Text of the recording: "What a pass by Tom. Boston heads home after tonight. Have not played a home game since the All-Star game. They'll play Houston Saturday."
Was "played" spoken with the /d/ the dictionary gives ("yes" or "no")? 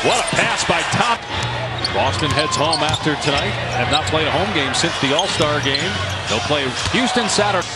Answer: no